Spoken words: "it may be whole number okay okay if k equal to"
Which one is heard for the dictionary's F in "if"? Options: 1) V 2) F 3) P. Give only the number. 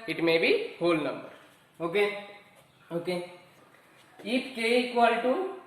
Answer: 3